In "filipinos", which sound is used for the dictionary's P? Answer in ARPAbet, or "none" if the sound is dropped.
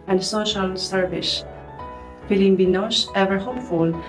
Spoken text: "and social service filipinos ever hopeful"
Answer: B